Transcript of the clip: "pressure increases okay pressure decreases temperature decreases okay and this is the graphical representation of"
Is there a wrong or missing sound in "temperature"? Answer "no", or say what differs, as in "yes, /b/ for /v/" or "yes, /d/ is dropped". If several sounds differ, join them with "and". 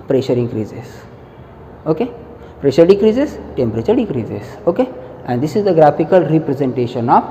no